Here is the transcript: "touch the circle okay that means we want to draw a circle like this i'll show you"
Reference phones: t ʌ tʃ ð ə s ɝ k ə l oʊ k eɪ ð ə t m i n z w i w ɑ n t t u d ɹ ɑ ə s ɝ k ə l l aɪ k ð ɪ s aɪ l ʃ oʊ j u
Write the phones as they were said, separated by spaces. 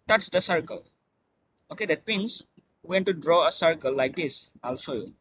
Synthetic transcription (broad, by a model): t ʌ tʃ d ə s ɝ k ə l oʊ k eɪ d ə t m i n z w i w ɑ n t t u d ɹ ɑ ə s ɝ k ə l l aɪ k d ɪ s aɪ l s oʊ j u